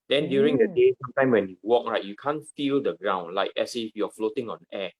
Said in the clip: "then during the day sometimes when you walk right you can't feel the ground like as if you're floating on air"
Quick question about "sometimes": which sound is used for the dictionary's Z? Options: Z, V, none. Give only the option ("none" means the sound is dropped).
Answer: none